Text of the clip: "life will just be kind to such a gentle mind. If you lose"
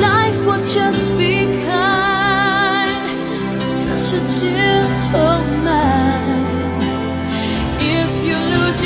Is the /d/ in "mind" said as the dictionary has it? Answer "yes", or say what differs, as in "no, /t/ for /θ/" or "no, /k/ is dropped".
no, /d/ is dropped